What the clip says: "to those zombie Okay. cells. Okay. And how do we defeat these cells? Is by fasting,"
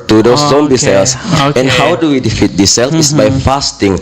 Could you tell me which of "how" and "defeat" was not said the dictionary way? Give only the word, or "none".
none